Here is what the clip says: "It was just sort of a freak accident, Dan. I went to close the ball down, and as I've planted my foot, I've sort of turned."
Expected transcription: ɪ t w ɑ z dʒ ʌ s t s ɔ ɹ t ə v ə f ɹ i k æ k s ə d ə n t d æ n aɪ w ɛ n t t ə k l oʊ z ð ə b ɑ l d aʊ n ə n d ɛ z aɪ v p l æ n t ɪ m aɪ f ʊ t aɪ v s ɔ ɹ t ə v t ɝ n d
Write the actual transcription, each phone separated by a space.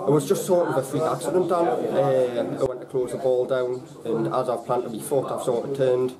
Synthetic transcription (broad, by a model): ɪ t w ɑ z dʒ ʌ s t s ɔ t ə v ə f ɹ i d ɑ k s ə d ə n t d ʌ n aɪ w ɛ n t t ə k l oʊ z ð ə b ɑ l d aʊ n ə n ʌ z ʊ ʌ p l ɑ n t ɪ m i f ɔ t aɪ v s ɔ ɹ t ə t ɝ n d